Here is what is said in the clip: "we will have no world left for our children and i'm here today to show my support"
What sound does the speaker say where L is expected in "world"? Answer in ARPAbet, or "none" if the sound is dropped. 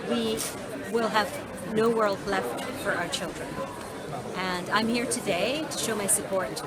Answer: L